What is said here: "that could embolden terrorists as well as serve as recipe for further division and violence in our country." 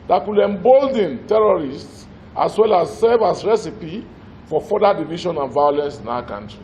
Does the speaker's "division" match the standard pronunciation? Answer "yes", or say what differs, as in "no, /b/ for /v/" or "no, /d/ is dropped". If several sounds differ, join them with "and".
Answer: no, /ʃ/ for /ʒ/